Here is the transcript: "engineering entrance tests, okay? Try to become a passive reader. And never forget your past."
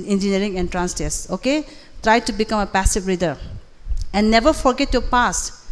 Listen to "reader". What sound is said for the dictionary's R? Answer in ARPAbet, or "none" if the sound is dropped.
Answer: R